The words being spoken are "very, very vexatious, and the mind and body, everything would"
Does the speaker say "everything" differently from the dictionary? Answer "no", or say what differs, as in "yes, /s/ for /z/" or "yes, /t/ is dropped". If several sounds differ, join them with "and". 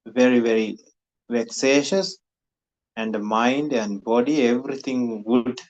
yes, /t/ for /θ/